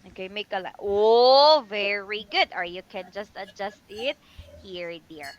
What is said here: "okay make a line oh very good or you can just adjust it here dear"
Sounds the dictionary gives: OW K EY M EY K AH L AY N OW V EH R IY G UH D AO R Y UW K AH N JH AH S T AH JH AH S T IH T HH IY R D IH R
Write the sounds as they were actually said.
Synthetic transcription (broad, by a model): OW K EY M EY K AH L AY OW V EH R IY G UH D AO R Y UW K AH N JH AH S T AH JH AH S T IH T HH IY R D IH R